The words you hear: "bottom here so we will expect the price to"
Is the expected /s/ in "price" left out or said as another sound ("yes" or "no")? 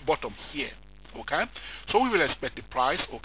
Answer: no